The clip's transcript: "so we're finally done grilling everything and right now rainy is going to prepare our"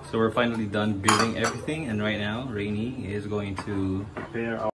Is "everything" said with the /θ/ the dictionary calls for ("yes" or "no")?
yes